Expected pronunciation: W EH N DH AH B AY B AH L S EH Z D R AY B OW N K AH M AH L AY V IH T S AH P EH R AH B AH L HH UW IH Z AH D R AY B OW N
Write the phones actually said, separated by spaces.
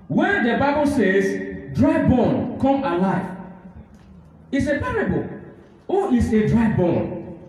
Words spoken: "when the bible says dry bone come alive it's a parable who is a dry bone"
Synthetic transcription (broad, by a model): W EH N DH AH B AY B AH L S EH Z D R AY B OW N K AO M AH L AY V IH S AH P EH R AH B AH L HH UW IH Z AH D R AY B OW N